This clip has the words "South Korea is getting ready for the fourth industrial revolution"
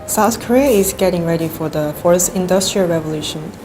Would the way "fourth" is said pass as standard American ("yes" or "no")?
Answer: no